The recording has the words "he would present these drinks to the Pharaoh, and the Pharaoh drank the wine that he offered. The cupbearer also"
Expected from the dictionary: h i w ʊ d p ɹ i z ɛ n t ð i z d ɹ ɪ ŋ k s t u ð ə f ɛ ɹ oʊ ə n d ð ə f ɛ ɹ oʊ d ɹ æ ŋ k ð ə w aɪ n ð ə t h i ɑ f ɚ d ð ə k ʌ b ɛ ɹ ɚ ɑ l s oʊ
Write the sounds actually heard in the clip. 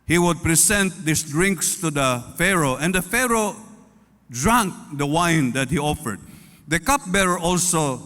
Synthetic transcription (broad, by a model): h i w ʊ d p ɹ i s ɛ n t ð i s d ɹ ɪ ŋ k s t u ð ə f ɛ ɹ oʊ ə n d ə f ɛ ɹ oʊ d ɹ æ ŋ k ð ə w aɪ n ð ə t h i ɑ f ɚ d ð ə k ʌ b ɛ ɹ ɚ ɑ l s oʊ